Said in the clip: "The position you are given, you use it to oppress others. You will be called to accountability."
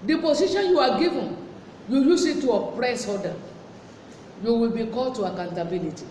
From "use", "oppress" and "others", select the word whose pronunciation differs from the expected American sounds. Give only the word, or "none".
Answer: others